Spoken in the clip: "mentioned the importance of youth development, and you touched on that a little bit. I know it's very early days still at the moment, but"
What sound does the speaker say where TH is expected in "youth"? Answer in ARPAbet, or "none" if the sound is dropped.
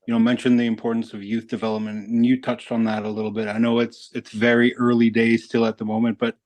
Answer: TH